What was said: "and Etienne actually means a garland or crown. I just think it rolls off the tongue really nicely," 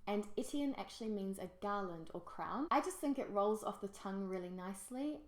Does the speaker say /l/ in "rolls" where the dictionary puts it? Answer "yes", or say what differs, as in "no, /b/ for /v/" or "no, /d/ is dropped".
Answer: yes